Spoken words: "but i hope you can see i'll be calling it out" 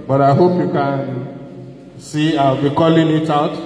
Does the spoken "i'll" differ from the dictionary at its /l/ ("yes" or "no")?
yes